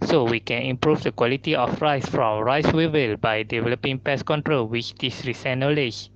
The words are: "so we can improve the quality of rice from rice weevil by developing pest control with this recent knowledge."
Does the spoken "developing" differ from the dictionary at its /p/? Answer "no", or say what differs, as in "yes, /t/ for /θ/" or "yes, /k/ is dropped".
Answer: no